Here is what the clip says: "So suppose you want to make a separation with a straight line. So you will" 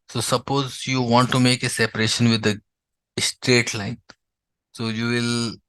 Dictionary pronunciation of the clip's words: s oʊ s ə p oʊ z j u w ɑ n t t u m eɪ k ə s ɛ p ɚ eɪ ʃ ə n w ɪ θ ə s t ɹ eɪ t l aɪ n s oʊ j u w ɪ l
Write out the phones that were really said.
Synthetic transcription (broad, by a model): s oʊ s ə p oʊ z j u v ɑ n t t u m eɪ k ə s ɛ p ɚ eɪ ʃ ə n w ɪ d ə s t ɹ eɪ t l aɪ n s oʊ j u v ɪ l